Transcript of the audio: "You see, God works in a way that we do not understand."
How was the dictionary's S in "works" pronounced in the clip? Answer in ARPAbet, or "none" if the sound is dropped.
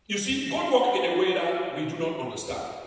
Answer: none